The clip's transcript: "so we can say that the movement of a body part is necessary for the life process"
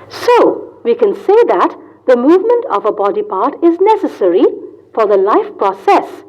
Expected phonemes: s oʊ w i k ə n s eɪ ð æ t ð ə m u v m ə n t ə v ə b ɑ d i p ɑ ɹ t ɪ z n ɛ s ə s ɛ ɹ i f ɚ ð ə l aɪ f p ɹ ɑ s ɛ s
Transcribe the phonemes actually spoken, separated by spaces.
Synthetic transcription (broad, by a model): s oʊ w i k ə n s eɪ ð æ t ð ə m u v m ə n t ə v ə b ɑ d i p ɑ ɹ t ɪ z n ɛ s ə s ɛ ɹ i f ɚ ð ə l aɪ f p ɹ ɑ s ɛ s